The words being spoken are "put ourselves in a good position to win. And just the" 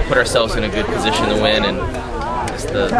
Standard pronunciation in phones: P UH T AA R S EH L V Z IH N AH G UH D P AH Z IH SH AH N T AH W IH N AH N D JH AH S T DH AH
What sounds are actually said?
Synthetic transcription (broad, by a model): P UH T AA R S EH L V Z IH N AH G UH D P AH Z IH SH AH N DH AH W IH N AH N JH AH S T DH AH